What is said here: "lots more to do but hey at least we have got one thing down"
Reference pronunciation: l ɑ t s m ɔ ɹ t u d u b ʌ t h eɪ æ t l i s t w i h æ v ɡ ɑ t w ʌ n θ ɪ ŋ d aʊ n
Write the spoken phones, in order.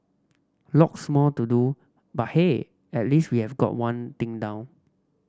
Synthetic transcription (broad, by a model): l ɑ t s m ɔ l t u d u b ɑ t h eɪ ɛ t l i s t w i h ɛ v ɡ ɑ t w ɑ n t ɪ ŋ d aʊ n